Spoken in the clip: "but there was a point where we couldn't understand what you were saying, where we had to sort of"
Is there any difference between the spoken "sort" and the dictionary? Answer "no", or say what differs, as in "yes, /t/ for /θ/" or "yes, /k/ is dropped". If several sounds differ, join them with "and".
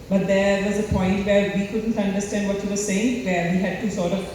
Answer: no